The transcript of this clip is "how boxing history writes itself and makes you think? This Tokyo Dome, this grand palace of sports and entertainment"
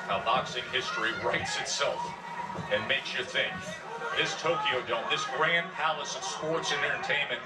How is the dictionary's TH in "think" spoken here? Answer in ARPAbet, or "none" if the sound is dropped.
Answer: TH